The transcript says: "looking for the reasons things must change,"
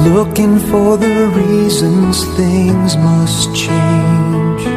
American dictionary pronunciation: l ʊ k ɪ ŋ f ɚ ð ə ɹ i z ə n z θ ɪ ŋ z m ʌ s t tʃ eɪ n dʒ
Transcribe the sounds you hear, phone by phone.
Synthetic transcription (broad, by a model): l ʊ k ɪ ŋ f ɚ ð ə ɹ i z ə n z θ ɪ ŋ z m ʌ s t tʃ eɪ n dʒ